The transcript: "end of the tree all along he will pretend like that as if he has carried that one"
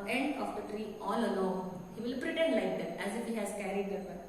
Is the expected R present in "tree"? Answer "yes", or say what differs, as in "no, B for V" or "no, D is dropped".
yes